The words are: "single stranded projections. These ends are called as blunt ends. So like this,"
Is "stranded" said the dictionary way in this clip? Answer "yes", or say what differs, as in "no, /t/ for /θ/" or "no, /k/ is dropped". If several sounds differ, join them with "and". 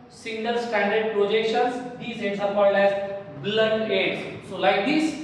no, /ɹ/ is dropped